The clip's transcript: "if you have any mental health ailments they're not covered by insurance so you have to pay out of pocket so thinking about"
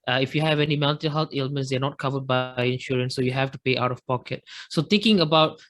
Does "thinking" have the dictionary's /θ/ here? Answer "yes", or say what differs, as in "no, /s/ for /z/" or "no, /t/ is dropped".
no, /t/ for /θ/